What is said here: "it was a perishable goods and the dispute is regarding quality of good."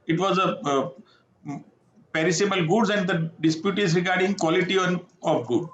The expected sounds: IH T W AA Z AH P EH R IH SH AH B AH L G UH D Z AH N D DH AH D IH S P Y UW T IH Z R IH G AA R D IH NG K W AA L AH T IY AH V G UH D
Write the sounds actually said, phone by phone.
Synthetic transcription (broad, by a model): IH T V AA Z AH P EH R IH S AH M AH L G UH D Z AH N D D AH D IH S P Y UW T IH Z R IH G AA R D IH NG K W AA L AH T IY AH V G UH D